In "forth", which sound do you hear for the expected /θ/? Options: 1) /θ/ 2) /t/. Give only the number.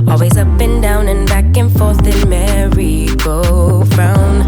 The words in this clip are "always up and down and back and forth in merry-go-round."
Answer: 1